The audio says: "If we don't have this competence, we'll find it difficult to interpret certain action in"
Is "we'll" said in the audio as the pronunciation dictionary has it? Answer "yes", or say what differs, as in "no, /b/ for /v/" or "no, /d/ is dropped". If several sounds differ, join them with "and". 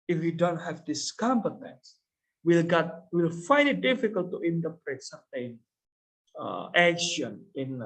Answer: yes